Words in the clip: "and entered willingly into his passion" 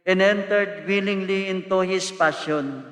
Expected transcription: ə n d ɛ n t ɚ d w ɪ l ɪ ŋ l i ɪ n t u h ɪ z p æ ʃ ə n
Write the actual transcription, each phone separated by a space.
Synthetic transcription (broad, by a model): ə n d ɛ n t ɚ d w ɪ l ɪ ŋ l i ɪ n t u h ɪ s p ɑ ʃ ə n